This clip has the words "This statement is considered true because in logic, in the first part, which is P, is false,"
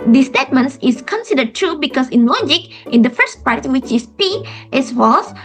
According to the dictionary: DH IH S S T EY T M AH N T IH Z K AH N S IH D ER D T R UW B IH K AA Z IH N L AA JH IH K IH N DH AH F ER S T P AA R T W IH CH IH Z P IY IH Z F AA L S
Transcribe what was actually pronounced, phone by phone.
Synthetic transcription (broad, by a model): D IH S S T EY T M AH N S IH S K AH N S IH D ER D T R UW B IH K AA S IH N L AA JH IH K IH N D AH F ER S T P AA R T W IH CH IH S P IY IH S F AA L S